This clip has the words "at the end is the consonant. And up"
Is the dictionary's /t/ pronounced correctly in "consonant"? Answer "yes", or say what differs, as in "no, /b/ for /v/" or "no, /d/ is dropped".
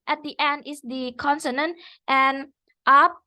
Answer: yes